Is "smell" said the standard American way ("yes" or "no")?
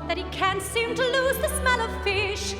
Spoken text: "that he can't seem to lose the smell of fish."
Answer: yes